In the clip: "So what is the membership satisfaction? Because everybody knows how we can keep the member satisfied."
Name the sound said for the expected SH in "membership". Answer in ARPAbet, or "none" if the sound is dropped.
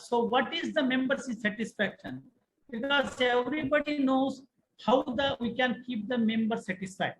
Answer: S